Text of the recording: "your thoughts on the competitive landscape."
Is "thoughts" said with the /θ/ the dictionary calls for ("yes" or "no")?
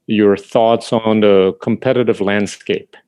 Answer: yes